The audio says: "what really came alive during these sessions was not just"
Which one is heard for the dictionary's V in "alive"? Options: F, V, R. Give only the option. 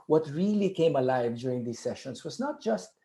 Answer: V